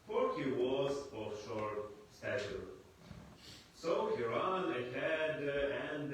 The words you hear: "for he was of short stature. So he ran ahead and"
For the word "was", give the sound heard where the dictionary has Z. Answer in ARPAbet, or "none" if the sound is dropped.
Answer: Z